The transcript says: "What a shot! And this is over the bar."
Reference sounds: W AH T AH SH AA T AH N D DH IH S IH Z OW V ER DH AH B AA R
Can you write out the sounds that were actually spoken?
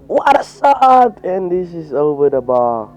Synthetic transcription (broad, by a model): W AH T AH S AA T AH N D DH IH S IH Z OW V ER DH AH B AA